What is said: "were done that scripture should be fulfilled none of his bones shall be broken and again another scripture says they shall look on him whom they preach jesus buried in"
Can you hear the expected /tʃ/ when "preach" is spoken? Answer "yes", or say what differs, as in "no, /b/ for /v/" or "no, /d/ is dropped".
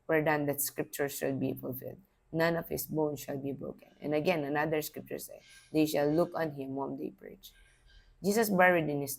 yes